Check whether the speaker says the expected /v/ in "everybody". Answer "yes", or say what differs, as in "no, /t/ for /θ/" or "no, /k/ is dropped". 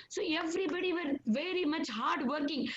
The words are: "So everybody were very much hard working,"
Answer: yes